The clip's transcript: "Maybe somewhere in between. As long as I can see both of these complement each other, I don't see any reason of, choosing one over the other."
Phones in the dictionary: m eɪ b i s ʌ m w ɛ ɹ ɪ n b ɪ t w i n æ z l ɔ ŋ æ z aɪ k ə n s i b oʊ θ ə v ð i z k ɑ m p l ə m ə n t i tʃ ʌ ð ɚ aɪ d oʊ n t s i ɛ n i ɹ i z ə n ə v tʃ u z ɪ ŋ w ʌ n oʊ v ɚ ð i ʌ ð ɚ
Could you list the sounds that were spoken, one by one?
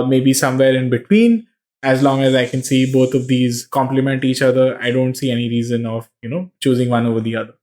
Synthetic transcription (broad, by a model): m eɪ b i s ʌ m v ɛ ɹ ɪ n b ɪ t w i n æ z l ɔ ŋ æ z aɪ k ə n s i b oʊ t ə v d i z k ɑ m p l ə m ə n t i tʃ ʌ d ɚ aɪ d oʊ n t s i ɛ n i ɹ i z ə n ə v tʃ u z ɪ ŋ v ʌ n oʊ v ɚ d i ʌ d ɚ